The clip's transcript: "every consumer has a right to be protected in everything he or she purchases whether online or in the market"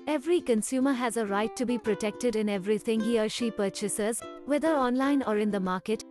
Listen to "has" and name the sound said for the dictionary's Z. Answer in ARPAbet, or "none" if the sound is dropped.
Z